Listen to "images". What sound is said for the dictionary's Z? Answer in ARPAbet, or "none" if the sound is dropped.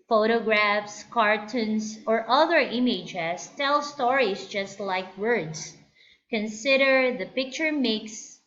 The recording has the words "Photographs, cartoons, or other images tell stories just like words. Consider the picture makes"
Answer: S